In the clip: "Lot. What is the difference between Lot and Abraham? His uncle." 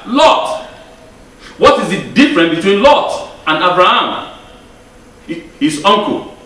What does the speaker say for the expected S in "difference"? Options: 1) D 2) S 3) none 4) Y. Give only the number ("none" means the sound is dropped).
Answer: 3